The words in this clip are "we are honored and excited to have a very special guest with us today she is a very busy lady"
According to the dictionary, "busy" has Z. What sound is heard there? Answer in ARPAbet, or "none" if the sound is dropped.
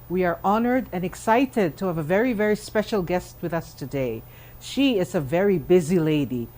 Z